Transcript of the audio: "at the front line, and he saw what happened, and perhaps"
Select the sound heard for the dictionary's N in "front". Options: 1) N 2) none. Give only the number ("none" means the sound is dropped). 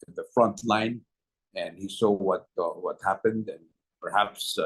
1